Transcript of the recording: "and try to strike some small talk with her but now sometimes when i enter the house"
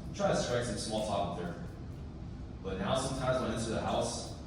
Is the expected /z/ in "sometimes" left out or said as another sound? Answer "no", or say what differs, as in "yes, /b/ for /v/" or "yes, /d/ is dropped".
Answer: no